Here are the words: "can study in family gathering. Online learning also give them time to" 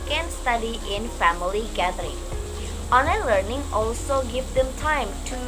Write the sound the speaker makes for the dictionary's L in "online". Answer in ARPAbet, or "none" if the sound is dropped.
none